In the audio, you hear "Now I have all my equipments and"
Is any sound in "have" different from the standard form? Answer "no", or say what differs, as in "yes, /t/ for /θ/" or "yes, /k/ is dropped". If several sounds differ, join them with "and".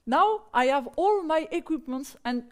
no